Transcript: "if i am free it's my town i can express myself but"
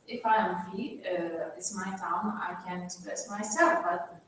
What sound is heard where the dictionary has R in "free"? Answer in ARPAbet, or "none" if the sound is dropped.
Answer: none